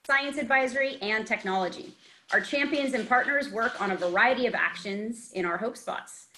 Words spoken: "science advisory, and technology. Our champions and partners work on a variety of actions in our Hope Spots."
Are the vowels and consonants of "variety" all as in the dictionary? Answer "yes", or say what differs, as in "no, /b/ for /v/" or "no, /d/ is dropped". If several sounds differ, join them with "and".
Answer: yes